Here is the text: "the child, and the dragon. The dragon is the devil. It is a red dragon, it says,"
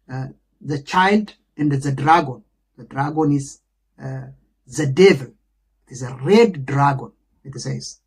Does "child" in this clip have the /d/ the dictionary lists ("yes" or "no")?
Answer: yes